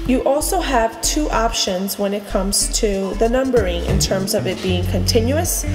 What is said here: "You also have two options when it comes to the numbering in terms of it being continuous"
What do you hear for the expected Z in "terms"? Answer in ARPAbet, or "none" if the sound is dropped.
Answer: Z